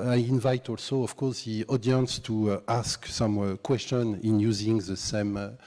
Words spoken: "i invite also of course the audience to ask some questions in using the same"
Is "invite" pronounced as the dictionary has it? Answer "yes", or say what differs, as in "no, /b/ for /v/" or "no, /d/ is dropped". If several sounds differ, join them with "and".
yes